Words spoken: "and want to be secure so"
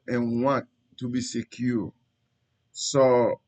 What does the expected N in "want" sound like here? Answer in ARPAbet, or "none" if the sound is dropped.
none